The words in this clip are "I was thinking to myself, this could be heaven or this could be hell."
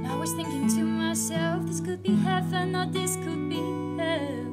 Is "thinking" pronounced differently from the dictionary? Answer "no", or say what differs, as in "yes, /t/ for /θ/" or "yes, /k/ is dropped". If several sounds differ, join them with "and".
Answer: no